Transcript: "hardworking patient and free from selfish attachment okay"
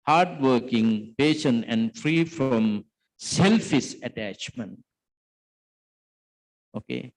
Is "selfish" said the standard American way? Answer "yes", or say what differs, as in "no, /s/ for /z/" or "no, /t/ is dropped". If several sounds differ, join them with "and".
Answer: no, /s/ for /ʃ/